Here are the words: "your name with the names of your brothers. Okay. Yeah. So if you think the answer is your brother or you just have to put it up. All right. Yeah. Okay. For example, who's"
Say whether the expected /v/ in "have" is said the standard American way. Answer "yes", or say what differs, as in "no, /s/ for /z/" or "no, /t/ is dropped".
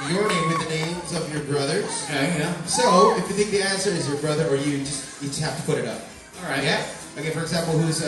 no, /f/ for /v/